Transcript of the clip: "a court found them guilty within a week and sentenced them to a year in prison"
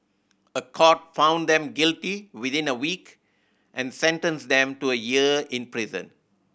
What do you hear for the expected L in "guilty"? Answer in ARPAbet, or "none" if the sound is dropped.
L